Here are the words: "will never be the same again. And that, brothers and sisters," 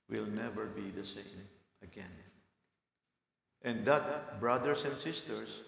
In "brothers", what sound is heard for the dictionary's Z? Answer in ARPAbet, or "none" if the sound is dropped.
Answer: S